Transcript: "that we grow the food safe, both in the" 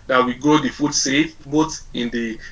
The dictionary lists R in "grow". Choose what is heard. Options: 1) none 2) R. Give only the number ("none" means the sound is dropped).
1